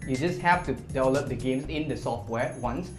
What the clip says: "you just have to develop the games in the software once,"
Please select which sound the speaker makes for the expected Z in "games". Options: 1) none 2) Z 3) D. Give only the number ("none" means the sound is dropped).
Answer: 1